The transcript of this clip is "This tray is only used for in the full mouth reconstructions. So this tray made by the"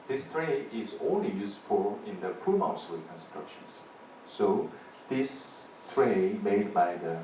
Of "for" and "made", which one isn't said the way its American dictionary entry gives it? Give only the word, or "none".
for